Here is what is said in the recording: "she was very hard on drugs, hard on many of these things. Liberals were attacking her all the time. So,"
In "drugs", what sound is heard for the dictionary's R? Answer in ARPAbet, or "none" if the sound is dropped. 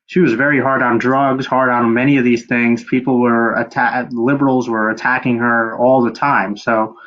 R